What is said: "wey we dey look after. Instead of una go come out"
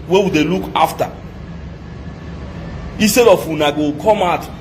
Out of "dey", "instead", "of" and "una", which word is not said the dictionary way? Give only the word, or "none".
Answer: of